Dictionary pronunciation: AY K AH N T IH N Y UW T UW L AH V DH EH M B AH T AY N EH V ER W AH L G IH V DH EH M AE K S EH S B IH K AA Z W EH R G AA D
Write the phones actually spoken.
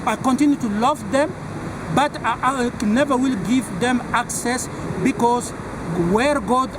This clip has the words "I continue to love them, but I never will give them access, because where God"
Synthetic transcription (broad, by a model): AY K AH N T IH N Y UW T UW L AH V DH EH M B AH T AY N EH V ER W AH L G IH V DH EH M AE K S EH S B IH K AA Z W EH R G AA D